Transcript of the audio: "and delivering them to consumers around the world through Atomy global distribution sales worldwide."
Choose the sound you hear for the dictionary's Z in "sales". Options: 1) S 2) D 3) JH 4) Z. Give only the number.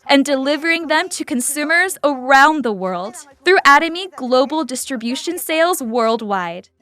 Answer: 4